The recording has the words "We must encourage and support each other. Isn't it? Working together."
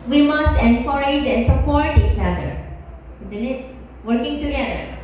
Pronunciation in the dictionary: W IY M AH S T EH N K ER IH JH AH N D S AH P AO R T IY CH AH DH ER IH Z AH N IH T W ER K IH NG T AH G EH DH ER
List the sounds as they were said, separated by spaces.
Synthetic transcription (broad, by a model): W IY M AH S T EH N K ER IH JH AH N S AH P AO R T IY CH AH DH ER IH Z AH N IH T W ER K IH NG T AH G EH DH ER